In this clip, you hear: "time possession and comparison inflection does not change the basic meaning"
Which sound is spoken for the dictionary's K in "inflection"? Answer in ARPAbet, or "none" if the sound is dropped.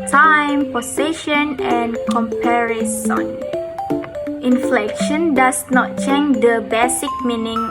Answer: K